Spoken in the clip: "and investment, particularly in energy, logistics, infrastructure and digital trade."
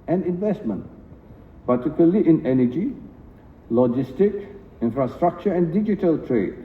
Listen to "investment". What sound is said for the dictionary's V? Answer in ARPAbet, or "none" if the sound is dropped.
V